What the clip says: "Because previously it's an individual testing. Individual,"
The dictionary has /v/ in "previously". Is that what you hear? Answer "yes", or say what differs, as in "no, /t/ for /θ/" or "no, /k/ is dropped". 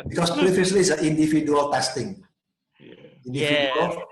no, /f/ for /v/